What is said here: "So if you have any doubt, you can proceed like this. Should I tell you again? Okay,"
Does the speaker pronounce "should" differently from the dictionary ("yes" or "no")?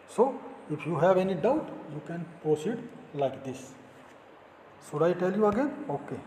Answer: yes